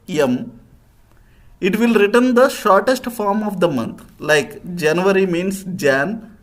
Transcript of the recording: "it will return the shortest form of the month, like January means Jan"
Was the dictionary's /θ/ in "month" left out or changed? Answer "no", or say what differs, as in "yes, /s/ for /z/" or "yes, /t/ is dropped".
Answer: yes, /t/ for /θ/